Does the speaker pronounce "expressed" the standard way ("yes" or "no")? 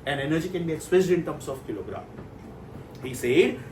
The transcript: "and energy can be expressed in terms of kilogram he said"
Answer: no